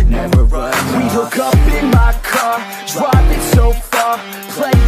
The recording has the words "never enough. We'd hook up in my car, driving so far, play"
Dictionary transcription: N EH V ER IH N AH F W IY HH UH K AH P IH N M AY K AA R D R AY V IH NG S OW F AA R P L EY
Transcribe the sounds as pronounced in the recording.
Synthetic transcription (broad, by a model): W IY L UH K AH P IH N M AY K AA R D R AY P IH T S OW F AA R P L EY